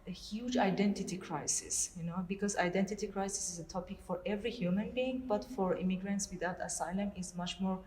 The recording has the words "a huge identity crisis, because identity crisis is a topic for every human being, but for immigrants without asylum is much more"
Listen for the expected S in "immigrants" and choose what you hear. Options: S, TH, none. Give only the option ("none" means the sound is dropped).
S